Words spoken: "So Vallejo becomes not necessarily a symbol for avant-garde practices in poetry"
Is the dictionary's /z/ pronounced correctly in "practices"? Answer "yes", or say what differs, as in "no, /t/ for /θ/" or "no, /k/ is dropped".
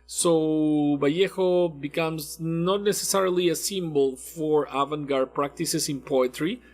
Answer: no, /s/ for /z/